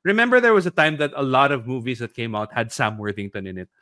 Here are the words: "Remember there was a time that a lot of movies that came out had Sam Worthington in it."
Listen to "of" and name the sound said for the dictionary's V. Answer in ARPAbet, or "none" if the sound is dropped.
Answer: V